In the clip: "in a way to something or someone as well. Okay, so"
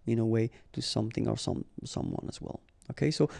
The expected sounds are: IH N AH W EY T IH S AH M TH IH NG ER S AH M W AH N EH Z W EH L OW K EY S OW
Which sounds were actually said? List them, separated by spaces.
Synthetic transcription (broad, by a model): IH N AH W EY T IH S AH M TH IH NG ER S AH M W AH N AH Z W EH L OW K EY S OW